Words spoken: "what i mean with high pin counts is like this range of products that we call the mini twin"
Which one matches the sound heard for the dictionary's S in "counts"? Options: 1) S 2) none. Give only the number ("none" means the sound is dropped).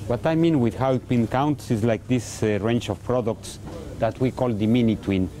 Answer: 1